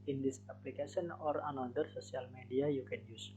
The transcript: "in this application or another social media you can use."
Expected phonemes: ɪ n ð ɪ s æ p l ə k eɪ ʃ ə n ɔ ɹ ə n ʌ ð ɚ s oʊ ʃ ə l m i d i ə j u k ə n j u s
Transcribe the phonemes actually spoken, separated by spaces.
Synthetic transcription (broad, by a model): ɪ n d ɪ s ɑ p l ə k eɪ s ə n ɔ ɹ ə n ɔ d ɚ s oʊ s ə l m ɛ d i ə j u k ə n j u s